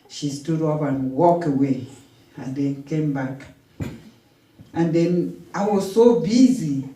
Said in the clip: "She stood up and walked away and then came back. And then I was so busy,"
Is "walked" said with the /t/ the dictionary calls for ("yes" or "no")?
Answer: no